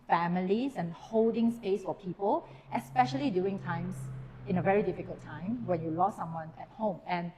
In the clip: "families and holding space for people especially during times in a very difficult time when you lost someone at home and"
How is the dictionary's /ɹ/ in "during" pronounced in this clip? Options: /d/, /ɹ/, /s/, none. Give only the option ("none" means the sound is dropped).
none